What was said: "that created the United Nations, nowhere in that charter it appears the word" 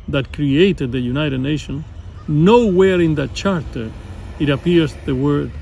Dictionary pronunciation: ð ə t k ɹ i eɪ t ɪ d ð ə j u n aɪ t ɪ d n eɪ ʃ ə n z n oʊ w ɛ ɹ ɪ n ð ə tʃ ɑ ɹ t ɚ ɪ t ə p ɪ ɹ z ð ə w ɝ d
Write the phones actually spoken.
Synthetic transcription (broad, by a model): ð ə t k ɹ i eɪ t ɪ d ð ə j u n aɪ t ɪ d n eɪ ʃ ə n n oʊ w ɛ ɹ ɪ n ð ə tʃ ɑ ɹ t ɚ ɪ t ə p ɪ ɹ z ð ə w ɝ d